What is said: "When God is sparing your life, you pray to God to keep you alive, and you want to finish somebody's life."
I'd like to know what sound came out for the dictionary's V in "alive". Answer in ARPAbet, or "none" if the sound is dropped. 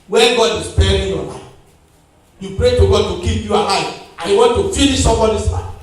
none